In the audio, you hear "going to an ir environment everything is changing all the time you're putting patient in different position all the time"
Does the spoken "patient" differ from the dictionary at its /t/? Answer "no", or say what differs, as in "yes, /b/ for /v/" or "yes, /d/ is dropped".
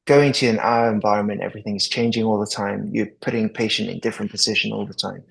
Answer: no